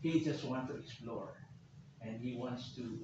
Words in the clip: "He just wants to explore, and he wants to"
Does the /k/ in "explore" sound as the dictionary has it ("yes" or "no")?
no